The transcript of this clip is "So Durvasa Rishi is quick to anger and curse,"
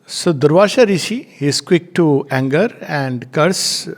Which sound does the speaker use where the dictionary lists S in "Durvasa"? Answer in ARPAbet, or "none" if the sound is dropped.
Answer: SH